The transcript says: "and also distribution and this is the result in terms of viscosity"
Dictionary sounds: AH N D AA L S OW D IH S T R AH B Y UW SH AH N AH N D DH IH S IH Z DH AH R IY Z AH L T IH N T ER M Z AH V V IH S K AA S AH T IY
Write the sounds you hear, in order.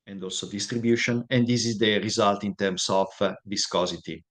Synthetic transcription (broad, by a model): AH N D AA L S OW D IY S T R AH B Y UW SH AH N AH N D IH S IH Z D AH R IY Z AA L T IH N T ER M S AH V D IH S K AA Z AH T IY